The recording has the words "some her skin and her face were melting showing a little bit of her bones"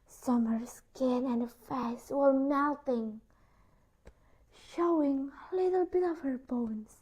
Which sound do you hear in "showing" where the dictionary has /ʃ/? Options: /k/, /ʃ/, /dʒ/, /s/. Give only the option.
/ʃ/